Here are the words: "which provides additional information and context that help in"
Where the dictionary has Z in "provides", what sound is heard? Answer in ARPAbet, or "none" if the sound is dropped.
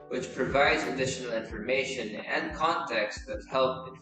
Z